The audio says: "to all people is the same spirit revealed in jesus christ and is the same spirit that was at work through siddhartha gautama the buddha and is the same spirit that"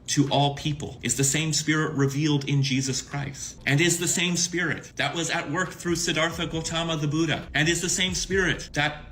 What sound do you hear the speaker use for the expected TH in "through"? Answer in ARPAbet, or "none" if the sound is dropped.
TH